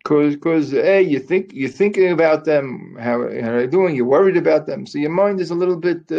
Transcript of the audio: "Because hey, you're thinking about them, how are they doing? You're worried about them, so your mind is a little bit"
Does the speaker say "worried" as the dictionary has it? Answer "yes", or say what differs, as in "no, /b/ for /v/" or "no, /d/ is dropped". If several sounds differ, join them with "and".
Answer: yes